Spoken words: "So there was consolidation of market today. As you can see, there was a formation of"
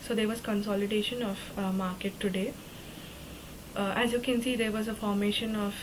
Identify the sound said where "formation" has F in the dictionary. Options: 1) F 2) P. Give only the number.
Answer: 1